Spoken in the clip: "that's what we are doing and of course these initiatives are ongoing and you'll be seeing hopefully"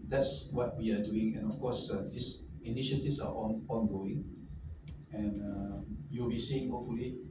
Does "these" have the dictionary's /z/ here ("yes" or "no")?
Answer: no